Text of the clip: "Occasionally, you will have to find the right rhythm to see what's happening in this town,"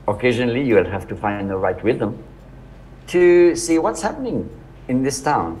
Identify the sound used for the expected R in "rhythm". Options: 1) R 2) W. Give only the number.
2